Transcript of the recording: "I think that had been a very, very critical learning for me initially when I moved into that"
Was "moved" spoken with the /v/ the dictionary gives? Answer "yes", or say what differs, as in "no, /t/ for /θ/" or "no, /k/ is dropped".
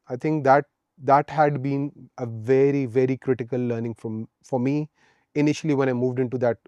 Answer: yes